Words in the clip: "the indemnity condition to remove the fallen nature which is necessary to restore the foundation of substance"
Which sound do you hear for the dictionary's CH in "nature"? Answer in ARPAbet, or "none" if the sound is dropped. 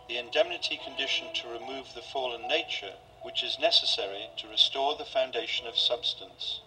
CH